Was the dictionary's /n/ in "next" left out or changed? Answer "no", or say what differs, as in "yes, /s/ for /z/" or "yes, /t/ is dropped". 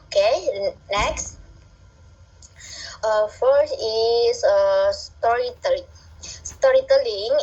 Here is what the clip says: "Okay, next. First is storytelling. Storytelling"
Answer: yes, /l/ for /n/